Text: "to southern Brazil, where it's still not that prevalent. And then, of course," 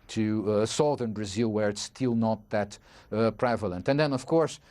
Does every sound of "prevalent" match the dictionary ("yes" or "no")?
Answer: yes